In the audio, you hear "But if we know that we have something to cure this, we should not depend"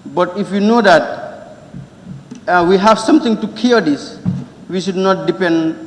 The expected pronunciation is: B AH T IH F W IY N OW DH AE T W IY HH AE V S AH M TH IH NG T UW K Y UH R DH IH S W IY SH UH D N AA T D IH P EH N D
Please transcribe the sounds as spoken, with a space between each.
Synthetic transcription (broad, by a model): B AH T IH F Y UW N OW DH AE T W IY HH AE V S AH M T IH NG T UW K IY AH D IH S W IY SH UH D N AA T D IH P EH N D